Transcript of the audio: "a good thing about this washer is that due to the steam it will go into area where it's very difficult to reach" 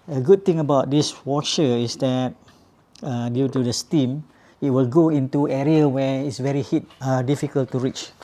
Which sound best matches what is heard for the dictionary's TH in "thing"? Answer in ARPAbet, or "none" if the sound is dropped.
T